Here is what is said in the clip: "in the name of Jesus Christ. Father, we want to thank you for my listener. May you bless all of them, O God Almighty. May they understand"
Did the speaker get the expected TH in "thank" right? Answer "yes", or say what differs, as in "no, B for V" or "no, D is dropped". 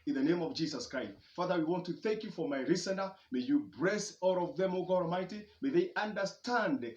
yes